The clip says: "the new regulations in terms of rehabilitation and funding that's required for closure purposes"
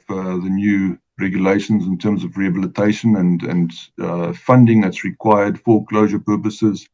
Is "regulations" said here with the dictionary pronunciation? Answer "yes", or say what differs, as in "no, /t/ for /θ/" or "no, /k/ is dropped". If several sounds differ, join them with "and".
yes